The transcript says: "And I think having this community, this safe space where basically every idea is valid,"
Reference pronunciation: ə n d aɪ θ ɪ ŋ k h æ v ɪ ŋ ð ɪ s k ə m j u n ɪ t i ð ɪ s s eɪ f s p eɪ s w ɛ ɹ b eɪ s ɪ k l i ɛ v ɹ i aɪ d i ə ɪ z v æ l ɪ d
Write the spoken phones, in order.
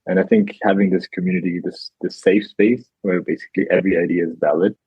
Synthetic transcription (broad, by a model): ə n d aɪ θ ɪ ŋ k h æ v ɪ ŋ ð ɪ s k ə m j u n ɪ t i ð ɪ s s eɪ f s p eɪ s w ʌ ɹ b eɪ s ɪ k l i ɛ v ɹ i aɪ d i ə ɪ z v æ l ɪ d